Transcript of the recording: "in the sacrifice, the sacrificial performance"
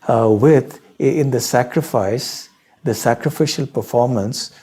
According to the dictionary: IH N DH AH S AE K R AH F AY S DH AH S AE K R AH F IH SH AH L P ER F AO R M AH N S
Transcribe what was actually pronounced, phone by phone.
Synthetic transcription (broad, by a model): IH N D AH S AE K R AH F AY S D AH S AE K R AH F IH SH AH L P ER F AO R M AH N S